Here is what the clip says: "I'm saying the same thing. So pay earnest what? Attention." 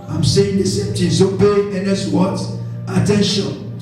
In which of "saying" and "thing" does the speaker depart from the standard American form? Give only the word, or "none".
thing